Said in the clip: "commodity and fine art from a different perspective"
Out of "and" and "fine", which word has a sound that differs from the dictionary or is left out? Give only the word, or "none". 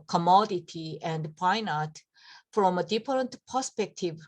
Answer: fine